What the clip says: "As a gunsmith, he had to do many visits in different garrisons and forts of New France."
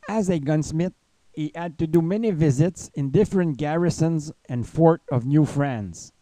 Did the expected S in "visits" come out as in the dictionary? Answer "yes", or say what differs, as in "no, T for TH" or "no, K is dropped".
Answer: yes